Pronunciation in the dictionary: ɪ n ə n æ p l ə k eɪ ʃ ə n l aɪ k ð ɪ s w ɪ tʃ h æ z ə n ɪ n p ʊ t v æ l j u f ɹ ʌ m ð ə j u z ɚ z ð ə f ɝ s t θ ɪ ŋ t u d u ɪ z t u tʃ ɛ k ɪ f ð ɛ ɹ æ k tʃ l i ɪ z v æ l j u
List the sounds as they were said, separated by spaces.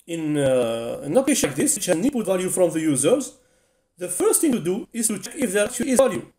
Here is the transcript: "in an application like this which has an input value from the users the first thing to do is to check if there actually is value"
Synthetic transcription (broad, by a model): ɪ n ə n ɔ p ə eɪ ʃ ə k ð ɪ s w ɪ tʃ h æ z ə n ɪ p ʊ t v æ l j u f ɹ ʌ m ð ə j u z ɚ z ð ə f ɝ s t θ ɪ ŋ t u d u ɪ z t u tʃ ɛ k ɪ f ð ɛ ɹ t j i ɪ z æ l j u